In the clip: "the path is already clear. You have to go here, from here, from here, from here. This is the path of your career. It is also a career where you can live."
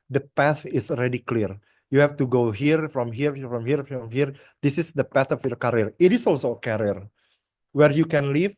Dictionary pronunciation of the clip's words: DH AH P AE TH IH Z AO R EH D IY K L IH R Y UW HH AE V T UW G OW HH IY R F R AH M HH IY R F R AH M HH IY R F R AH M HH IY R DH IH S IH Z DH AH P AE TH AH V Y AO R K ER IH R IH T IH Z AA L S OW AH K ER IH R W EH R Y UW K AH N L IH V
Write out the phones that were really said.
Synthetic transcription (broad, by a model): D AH P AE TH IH S AO R EH D IY K L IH R Y UW HH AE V T UW G OW HH IY R F R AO M HH IY R F R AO M HH IY R F R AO M HH IY R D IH S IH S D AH P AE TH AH F Y AO R K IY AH R IH T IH S AA L S OW AH K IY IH R W EH R Y UW K AH N L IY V